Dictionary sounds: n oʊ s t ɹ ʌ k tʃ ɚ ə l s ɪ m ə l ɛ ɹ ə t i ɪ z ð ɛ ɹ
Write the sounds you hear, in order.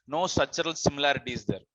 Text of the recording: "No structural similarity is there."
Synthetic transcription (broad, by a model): n oʊ s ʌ tʃ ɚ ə l s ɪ m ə l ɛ ɹ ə t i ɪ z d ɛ ɹ